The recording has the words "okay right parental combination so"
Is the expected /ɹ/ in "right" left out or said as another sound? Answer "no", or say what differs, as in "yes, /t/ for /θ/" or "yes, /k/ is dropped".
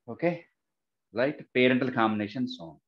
yes, /l/ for /ɹ/